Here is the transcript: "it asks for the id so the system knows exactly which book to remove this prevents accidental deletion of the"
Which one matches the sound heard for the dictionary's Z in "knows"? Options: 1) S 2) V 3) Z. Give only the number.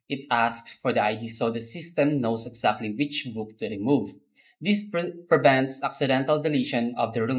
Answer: 1